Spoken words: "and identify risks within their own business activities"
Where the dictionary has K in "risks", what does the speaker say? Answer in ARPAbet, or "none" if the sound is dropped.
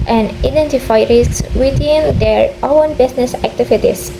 none